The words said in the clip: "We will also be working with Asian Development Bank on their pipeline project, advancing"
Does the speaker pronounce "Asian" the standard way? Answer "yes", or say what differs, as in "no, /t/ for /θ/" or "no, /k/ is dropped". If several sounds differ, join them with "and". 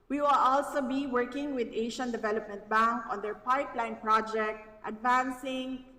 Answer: no, /ʃ/ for /ʒ/